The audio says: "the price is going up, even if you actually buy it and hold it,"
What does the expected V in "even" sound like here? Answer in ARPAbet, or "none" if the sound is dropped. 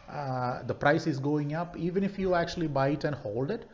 V